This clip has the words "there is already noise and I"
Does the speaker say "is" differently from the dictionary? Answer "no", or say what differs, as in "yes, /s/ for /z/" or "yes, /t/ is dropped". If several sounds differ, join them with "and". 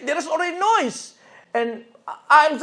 yes, /s/ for /z/